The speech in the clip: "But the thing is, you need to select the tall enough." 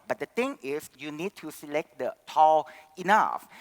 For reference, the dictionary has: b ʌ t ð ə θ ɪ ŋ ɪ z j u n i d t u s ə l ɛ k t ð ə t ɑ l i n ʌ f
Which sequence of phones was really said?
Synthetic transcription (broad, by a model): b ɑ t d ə t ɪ ŋ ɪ s j u n i d t u s ə l ɛ k t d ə t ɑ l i n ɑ f